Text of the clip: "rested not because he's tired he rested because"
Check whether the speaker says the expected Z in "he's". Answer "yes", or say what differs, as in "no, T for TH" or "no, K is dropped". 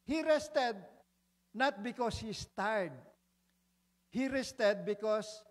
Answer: no, S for Z